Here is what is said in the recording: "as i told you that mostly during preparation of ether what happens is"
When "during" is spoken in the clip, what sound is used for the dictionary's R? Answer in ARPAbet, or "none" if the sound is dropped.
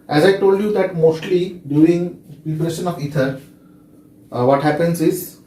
none